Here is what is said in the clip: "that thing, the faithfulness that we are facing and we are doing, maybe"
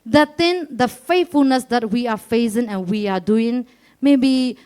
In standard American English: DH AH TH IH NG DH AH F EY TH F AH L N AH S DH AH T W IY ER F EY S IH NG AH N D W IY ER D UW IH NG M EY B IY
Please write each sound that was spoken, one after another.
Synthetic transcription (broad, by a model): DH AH T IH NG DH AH F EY T F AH L N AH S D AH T W IY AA F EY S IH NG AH N W IY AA D UW IH NG M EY B IY